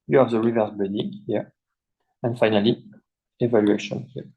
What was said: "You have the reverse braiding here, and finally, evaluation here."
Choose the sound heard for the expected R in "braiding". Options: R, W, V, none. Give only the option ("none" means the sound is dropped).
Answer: none